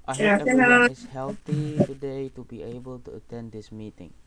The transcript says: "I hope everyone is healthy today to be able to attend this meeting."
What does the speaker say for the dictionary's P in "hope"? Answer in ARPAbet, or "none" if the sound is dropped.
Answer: none